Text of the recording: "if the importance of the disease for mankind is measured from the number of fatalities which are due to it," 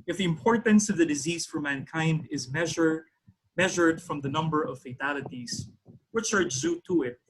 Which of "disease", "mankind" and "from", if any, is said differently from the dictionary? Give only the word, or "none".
none